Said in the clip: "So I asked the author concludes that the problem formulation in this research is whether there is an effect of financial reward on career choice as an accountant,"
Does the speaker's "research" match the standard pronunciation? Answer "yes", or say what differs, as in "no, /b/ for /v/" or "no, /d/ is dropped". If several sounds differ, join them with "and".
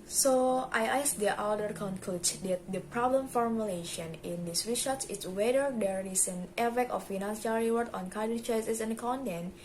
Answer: no, /ʃ/ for /s/ and /s/ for /tʃ/